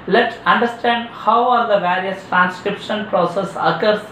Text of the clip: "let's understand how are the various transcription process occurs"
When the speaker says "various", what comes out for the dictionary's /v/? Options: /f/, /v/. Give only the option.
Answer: /v/